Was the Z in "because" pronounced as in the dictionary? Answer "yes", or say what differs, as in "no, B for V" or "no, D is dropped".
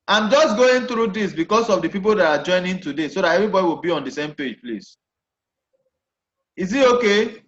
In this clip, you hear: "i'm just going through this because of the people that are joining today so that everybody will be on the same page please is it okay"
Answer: no, S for Z